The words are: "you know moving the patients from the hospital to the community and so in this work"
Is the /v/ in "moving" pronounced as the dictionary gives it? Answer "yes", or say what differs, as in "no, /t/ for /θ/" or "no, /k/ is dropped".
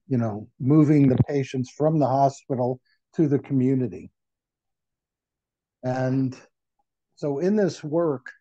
yes